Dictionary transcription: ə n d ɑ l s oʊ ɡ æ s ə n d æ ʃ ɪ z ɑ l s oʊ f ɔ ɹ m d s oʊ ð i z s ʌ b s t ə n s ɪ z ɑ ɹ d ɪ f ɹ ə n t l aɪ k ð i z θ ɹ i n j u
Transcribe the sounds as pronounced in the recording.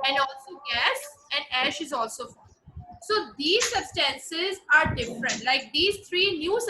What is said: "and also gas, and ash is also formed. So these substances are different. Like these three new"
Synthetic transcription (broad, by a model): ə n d ɑ l s oʊ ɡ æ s ə n d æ ʃ ɪ z ɑ l s oʊ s ɔ d i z s ʌ b s t ə n s ɪ z ɑ ɹ d ɪ f ɹ ə n t l aɪ k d i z t ɹ i n j u